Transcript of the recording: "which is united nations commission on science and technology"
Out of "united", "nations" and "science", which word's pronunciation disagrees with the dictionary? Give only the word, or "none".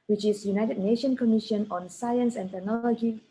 nations